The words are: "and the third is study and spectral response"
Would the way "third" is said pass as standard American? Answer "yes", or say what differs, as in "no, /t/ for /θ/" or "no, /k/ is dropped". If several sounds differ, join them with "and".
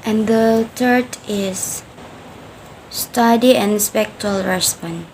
no, /t/ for /θ/